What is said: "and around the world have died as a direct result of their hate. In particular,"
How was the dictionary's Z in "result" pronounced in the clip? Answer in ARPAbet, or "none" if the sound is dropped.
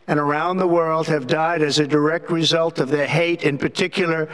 Z